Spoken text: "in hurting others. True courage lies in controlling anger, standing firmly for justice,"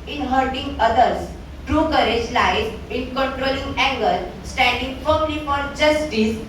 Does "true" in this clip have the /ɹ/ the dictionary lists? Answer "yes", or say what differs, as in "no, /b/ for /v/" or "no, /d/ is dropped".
yes